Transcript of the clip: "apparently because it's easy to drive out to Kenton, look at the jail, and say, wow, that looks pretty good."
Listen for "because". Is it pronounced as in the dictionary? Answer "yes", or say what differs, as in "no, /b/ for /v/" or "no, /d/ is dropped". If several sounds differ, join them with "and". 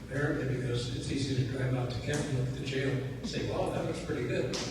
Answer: yes